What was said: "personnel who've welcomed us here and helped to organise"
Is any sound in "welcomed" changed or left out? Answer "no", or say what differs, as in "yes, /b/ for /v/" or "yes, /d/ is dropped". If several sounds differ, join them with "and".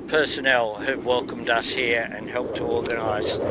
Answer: no